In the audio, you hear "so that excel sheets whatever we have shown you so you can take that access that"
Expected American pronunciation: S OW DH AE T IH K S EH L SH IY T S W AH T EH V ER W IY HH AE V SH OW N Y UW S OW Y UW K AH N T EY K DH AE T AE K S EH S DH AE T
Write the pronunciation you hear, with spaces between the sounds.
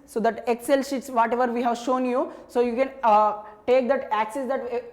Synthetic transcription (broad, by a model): S OW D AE T IH K S EH L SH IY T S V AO T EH V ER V IY HH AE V SH OW N Y UW S OW Y UW K AH N T EY K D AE T AE K S EH S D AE T